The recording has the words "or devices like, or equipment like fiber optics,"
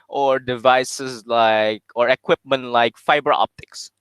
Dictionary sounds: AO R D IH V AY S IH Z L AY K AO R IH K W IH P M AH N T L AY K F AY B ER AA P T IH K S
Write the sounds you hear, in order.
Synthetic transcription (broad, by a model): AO R D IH V AY S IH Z L AY K AO R IH K W IH P M AH N T L AY K F AY B ER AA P T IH K S